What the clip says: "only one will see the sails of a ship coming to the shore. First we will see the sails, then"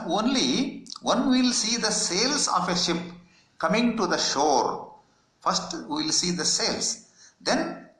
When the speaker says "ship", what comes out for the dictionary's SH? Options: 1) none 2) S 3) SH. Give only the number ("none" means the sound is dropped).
3